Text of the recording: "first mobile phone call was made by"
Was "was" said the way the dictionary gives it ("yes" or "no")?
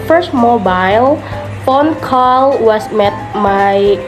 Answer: no